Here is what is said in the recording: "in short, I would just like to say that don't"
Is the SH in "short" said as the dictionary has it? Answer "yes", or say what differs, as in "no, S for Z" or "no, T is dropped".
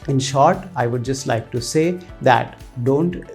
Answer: yes